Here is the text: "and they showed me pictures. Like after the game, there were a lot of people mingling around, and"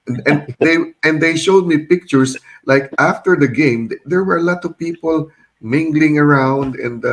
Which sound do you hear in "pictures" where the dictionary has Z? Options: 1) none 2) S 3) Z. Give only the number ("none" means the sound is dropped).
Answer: 2